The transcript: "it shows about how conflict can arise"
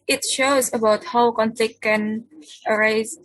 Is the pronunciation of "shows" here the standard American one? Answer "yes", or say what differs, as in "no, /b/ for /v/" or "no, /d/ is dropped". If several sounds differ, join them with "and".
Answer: yes